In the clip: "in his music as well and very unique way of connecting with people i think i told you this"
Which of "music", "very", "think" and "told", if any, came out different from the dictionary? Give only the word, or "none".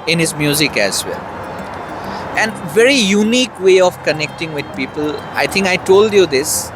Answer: think